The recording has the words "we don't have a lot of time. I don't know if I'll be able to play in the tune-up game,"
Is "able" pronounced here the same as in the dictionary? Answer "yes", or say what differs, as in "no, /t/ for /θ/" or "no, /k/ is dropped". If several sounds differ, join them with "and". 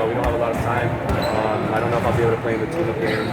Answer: no, /b/ is dropped